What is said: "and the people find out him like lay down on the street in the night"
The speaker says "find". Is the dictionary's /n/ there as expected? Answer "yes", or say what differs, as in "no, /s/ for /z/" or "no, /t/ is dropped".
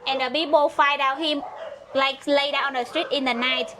no, /n/ is dropped